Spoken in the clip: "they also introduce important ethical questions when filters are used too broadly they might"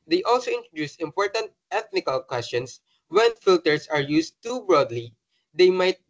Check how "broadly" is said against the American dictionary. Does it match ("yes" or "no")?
yes